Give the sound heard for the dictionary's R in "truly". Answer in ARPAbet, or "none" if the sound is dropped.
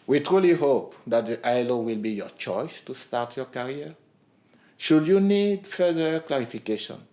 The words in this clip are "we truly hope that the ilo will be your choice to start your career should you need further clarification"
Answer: R